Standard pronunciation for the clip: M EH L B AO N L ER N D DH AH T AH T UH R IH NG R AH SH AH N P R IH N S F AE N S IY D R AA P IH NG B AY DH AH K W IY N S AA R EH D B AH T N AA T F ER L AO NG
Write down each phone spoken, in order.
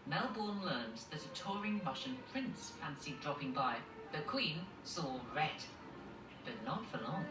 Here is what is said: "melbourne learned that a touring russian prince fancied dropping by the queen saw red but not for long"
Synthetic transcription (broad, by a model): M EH L B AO N L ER N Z DH AH T AH T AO R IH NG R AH SH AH N P R IH N S F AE N S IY D R AA P IH NG B AY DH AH K W IY N S AA R EH D B AH T N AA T F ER L AO NG